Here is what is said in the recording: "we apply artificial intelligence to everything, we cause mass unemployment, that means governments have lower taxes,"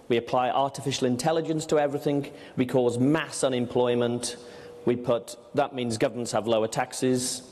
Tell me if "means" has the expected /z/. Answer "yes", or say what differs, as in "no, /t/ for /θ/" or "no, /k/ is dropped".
yes